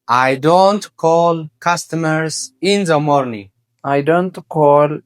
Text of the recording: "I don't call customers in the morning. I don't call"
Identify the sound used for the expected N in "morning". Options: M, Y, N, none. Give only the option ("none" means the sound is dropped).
N